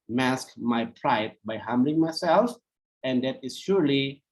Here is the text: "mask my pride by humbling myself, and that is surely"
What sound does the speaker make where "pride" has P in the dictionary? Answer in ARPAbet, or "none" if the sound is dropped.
P